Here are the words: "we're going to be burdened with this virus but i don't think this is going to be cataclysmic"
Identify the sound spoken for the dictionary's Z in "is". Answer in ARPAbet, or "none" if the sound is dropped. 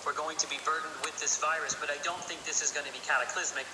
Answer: Z